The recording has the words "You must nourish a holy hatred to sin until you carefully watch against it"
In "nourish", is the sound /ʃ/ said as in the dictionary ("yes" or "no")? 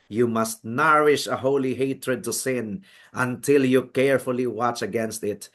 yes